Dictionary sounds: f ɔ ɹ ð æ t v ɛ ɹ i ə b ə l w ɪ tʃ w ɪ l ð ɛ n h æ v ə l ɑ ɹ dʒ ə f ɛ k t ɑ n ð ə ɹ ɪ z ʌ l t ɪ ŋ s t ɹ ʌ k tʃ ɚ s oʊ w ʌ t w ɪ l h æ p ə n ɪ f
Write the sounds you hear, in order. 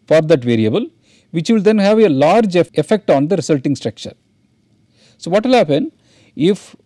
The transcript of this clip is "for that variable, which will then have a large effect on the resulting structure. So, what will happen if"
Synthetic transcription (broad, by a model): f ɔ ɹ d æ t v ɛ ɹ i ə b ə l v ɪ tʃ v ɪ l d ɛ n h æ v ə l ɑ ɹ dʒ ə f ɛ k t ɑ n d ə ɹ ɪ s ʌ l t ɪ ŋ s t ɹ ʌ k tʃ ɚ s oʊ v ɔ t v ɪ l h æ p ə n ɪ f